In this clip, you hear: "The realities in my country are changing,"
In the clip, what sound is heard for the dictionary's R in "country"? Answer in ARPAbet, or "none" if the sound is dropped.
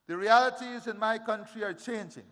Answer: R